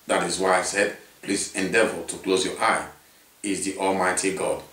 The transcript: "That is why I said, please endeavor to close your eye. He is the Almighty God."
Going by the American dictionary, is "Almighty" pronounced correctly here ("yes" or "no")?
yes